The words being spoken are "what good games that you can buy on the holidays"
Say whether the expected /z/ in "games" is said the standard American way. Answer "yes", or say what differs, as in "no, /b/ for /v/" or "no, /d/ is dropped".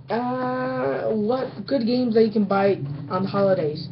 yes